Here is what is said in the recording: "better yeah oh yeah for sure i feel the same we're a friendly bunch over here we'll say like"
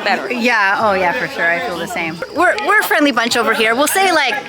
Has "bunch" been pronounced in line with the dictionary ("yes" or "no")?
yes